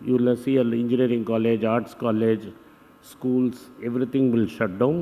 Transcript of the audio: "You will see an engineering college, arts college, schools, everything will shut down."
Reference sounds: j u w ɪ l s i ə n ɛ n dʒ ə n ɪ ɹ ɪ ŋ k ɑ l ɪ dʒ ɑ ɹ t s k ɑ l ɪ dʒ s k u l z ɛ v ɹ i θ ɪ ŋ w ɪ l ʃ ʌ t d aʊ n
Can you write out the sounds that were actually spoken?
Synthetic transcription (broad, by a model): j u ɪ l s i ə l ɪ n dʒ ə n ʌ ɹ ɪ ŋ k ɑ l ɪ dʒ ɑ ɹ t s k ɑ l ɪ dʒ s k u l s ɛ v ɹ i t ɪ ŋ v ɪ l ʃ ʌ t d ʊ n